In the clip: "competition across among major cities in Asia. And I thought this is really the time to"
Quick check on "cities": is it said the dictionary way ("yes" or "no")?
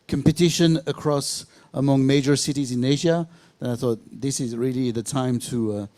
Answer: yes